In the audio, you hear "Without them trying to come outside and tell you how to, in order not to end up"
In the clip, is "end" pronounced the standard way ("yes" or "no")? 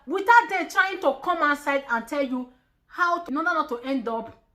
yes